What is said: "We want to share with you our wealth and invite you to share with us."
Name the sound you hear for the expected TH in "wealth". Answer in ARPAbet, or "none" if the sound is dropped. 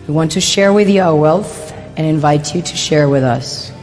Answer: TH